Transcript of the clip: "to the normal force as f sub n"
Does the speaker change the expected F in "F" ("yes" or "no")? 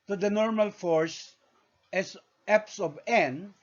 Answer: yes